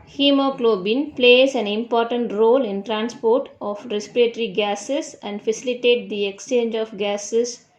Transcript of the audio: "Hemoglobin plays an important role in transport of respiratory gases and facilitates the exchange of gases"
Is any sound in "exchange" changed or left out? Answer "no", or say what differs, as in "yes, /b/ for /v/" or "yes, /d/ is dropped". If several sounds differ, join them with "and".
no